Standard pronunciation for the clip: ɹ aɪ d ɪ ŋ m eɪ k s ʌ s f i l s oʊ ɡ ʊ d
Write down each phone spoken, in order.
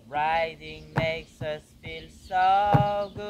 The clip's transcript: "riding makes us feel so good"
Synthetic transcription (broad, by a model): ɹ aɪ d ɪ ŋ m eɪ k s ʌ s f i l s oʊ ɡ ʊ